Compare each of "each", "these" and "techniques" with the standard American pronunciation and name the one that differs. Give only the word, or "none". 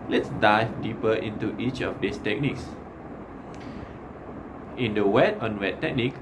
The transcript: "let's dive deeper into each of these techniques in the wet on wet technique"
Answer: these